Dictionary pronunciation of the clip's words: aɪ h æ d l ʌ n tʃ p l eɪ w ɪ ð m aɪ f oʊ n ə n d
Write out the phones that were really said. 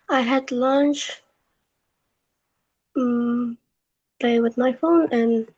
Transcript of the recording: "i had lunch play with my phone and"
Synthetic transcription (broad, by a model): aɪ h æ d l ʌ n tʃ p l eɪ w ɪ ð m aɪ f oʊ n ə n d